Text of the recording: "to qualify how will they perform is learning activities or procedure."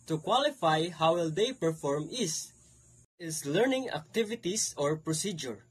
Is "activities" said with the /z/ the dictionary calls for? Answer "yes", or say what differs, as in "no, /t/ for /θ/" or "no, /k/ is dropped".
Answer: no, /s/ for /z/